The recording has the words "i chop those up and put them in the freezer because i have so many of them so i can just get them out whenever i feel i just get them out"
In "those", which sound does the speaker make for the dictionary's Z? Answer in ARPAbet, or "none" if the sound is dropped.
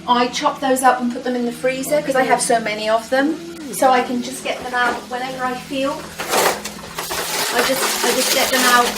Z